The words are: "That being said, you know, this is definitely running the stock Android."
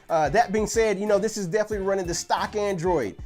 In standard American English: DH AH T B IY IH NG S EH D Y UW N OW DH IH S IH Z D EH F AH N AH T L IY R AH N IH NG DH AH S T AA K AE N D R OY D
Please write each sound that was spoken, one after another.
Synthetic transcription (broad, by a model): DH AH T B IY IH NG S EH D Y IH N OW DH IH S IH Z D EH F AH N AH T L IY R AH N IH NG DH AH S T AA K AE N D R OY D